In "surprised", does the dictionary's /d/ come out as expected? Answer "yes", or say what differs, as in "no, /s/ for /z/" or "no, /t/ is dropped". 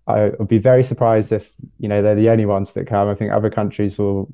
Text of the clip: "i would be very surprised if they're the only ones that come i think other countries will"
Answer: yes